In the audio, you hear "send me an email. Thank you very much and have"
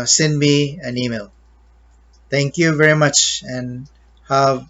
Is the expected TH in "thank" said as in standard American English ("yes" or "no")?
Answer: no